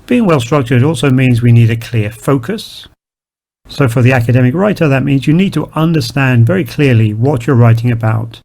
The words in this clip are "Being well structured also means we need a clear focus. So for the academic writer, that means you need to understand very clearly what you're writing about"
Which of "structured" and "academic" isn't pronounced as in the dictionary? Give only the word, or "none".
none